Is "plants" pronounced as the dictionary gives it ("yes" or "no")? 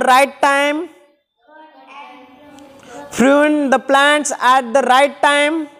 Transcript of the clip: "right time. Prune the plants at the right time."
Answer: yes